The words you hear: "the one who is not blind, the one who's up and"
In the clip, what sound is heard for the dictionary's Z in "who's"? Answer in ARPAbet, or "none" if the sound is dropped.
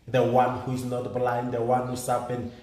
S